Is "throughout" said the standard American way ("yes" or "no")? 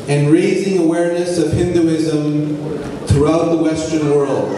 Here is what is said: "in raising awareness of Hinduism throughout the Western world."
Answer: yes